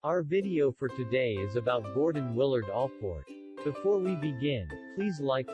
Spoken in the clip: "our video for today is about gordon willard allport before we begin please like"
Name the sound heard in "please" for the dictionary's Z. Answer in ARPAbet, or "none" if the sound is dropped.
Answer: Z